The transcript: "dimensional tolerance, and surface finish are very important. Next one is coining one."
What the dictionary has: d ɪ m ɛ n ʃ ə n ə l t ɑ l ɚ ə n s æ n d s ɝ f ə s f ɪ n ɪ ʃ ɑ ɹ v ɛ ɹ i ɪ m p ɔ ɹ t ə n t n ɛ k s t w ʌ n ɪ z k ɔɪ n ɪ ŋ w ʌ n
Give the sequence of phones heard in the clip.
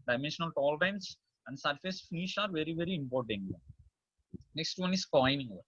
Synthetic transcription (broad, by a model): d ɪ m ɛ n ʃ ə n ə l t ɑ l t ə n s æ n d s ɝ f ə s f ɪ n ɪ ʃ ɑ ɹ v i ɹ i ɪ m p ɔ ɹ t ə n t n ɛ k s t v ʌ n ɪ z k ɔɪ n ɪ ŋ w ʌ